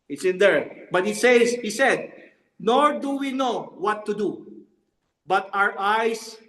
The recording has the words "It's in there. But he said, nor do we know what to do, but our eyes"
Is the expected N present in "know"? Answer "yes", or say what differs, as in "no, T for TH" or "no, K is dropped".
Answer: yes